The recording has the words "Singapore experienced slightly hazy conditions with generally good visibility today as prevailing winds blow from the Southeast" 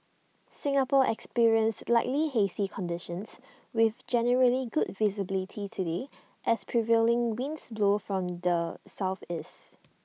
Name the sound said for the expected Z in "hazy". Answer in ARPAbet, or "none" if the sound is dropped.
S